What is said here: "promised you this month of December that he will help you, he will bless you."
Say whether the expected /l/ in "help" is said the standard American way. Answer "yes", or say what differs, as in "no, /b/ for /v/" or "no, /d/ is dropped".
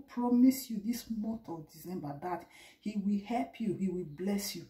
yes